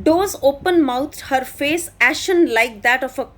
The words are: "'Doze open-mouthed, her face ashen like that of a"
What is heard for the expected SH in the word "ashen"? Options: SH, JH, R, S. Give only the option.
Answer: SH